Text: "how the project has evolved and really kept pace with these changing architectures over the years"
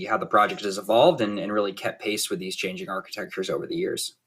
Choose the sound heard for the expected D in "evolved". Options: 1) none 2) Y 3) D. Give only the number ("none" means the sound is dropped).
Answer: 3